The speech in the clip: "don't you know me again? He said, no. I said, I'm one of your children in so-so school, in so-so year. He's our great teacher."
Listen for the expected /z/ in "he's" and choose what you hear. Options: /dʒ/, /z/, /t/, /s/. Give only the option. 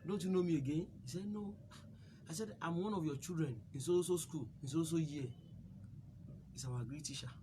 /s/